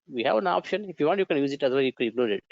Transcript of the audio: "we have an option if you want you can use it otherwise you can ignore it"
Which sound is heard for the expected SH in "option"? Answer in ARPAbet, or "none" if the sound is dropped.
SH